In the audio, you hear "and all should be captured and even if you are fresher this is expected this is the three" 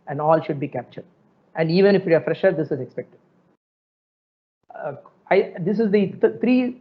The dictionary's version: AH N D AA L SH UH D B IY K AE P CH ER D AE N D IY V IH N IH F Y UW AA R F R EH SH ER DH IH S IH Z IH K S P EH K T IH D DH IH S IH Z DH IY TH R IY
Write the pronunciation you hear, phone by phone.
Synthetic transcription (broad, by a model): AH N D AA L SH UH D B IY K AE P CH ER D AE N D IY V IH N IH F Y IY AA R F R EH SH ER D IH S IH Z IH K S P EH K T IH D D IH S IH Z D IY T R IY